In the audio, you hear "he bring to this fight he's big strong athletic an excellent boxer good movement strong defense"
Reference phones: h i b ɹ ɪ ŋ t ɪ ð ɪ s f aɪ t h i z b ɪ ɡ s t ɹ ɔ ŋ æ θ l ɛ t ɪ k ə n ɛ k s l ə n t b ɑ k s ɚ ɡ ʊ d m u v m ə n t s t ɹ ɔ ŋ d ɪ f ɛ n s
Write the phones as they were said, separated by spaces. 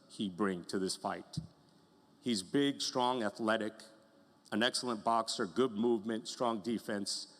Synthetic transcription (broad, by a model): h i b ɹ ɪ ŋ t ɪ ð ɪ s f aɪ t h i z b ɪ ɡ s t ɹ ɔ ŋ æ θ l ɛ t ɪ k ə n ɛ k s l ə n b ɑ k s ɚ ɡ ʊ d m u v m ə n t s t ɹ ɔ ŋ d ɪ f ɛ n s